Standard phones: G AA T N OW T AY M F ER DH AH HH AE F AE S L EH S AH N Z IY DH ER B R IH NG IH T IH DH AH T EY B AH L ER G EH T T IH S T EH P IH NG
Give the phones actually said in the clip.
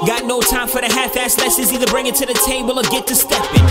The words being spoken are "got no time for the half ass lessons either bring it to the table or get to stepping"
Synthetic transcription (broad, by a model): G AA T N OW T AY M F ER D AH HH AE F AE S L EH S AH Z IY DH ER B R IH NG IH T IH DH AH T EY B AH L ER G EH T T IH S T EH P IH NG